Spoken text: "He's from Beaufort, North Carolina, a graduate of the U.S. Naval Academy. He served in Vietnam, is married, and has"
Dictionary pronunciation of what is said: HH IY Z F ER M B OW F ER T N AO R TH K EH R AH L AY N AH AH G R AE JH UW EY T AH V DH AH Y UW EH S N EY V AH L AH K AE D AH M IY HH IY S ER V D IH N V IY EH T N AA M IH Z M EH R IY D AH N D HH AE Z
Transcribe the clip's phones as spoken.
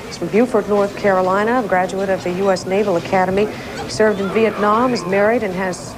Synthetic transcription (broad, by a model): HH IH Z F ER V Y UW F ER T N AO R TH K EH R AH L AY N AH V G R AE JH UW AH T AH V DH AH Y UW EH S N EY V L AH K AE D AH M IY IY S ER V D IH N V IY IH T N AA M IH Z M EH R IY D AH N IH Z